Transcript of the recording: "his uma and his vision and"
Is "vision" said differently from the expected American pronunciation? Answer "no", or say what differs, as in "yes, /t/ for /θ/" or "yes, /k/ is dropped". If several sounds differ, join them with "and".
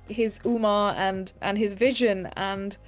no